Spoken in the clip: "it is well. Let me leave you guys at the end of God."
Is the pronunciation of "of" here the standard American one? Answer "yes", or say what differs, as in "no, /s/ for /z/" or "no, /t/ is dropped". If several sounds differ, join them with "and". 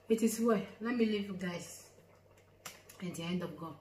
no, /p/ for /v/